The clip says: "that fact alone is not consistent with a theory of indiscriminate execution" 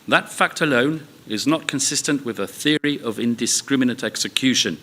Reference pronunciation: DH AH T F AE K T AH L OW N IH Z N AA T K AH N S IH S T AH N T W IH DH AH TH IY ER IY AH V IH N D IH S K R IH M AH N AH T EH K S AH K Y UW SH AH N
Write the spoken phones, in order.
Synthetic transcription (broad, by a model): DH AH T F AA K T AH L OW N IH Z N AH T K AH N S IH S T AH N T W IH DH AH TH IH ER IY AH V IH N D IH S K R IH M AH N AH T EH K S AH K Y UW SH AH N